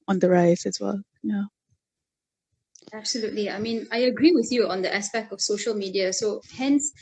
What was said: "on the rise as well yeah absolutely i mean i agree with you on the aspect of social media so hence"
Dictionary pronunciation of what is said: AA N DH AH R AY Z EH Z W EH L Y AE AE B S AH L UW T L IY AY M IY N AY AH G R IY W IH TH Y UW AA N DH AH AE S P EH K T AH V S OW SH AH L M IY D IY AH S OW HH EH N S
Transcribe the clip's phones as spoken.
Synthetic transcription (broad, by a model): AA N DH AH R AY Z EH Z W EH L Y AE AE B S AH L UW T L IY AY M IY N AY AH G R IY W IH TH Y UW AA N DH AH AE S P EH K T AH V S OW SH AH L M IY D IY AH S OW HH EH N S